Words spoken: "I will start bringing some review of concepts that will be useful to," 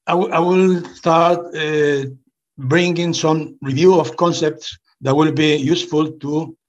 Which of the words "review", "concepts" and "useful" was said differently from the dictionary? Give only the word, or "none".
none